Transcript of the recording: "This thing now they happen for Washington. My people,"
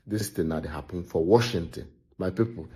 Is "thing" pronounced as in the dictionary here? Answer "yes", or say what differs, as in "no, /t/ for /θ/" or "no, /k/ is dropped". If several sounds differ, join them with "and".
no, /t/ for /θ/